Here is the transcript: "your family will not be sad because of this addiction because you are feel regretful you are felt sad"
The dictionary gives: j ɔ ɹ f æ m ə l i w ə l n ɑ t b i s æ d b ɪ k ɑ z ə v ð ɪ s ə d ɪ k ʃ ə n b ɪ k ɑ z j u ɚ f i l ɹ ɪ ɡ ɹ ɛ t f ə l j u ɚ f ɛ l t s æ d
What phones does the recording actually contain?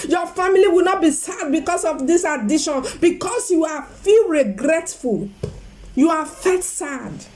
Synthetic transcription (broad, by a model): j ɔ f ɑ m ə l i w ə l n ɑ t b i s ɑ d b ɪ k ɑ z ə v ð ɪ s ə d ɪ ʃ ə n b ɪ k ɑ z j u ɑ f i l ɹ ɪ ɡ ɹ ɛ t f ə l j u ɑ f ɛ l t s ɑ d